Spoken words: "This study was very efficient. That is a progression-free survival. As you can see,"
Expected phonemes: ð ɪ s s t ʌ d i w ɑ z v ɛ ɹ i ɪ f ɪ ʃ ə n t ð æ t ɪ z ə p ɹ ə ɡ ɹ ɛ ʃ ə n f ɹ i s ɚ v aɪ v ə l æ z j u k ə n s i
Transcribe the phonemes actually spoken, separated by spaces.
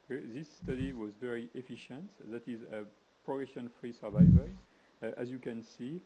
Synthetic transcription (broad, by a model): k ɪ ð s t ʌ d i w ɑ z v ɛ ɹ i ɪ f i ʃ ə n t ð æ t ɪ z ə p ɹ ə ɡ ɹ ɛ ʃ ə n f ɹ i s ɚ v aɪ v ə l æ z j u k ə n s i